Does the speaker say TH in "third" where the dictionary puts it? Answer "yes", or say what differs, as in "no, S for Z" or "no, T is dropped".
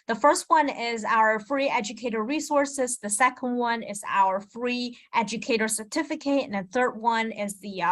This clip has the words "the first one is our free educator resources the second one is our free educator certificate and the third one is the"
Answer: yes